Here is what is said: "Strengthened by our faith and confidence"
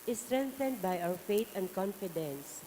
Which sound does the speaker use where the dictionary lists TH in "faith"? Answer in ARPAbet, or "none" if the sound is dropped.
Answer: T